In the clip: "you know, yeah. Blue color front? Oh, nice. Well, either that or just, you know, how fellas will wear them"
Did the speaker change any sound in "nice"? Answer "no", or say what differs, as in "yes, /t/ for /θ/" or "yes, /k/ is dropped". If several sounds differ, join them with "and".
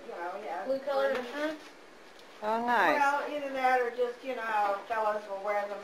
yes, /s/ is dropped